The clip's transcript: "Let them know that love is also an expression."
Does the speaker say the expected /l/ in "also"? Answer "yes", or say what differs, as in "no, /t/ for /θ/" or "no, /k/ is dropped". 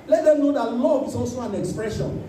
no, /l/ is dropped